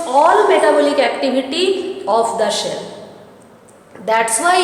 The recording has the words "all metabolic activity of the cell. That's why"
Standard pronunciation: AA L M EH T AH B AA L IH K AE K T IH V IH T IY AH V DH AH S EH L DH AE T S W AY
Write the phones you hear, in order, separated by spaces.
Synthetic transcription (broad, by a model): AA L M EH T AH B AA L IH K AE K T IH V IH T IY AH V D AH SH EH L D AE T S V AY